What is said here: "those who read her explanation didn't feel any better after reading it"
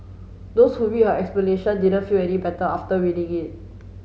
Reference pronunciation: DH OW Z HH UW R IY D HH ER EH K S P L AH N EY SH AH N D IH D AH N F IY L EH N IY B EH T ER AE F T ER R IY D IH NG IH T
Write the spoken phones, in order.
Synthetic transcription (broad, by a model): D OW S HH UW W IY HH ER EH K S P L AH N EY SH AH N D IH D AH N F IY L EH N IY B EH T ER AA F T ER W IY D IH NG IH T